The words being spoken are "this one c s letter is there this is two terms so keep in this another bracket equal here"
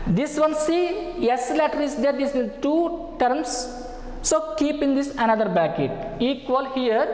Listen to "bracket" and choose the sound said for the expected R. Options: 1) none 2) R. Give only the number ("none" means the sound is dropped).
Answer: 1